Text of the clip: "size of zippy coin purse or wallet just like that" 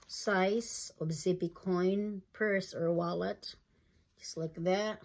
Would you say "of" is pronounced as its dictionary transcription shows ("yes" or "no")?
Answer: no